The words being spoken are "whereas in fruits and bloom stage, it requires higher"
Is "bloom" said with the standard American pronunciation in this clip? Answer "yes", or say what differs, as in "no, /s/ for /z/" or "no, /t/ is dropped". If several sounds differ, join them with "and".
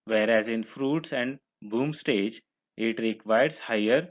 no, /l/ is dropped